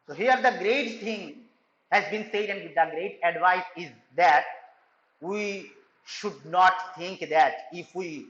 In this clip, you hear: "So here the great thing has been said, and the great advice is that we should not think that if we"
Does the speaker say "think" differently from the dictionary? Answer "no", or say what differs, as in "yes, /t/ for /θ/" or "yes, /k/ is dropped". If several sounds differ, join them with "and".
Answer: yes, /t/ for /θ/